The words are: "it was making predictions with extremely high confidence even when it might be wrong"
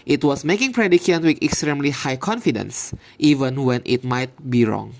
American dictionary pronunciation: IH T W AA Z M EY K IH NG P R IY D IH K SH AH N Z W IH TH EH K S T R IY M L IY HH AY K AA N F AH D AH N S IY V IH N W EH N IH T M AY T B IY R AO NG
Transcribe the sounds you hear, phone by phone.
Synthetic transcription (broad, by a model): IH T W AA S M EY K IH NG P R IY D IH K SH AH N W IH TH EH K S T R IY M L IY HH AY K AA N F AH D AH N S IY V IH N W EH N IH T M AY T B IY R AO NG